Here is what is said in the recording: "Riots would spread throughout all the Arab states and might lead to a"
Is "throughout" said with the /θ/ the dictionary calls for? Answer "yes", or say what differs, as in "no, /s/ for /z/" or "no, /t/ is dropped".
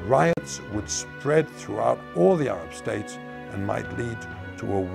yes